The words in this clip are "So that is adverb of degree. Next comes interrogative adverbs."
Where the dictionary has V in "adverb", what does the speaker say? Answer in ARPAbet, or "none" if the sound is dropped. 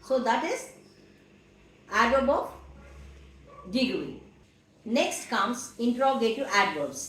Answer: none